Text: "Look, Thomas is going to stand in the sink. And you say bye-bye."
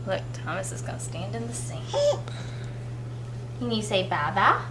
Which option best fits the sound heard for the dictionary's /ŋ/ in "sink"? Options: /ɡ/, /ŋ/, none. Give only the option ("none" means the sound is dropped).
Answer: none